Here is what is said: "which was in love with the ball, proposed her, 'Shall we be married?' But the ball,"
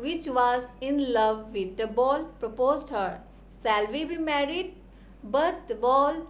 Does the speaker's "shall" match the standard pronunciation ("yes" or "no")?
no